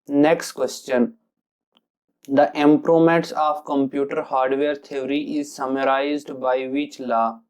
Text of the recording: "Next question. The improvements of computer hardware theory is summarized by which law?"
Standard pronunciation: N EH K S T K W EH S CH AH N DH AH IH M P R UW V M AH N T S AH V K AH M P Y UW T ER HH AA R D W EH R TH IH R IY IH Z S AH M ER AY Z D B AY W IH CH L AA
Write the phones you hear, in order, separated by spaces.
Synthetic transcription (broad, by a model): N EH K S T K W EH S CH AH N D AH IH M P R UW M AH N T S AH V K AH M P Y UW T ER HH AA R D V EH R T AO R IY IH Z S AH M ER AY Z D B AY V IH CH L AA